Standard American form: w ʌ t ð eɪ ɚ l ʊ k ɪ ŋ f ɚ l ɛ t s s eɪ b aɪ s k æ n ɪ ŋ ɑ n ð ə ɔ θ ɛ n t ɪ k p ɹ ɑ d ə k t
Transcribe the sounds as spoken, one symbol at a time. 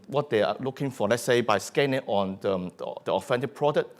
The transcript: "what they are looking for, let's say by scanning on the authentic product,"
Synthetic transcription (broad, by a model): w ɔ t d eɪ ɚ l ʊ k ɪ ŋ f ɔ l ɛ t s s eɪ b aɪ s k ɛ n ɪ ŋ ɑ n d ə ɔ f ɛ n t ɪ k p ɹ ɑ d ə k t